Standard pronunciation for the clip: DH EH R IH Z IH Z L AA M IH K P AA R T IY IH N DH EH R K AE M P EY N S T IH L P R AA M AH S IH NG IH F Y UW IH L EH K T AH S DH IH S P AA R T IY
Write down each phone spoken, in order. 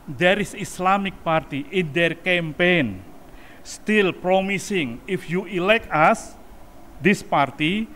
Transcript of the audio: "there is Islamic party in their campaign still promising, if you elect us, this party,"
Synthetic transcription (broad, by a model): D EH R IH S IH S L AA M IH K P AA R T IY IH N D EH R K AE M P EY N S T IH L P R AA M AH S IH NG IH F Y UW IH L EH K T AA S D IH S P AA R T IY